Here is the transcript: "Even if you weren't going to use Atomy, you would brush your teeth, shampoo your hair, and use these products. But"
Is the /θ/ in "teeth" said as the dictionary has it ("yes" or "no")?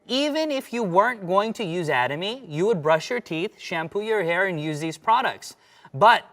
yes